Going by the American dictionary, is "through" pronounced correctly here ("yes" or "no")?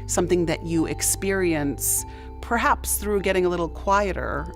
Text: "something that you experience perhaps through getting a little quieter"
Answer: yes